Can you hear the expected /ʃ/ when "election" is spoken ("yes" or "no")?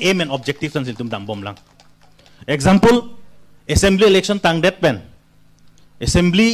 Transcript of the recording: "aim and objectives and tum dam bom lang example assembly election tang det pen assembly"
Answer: no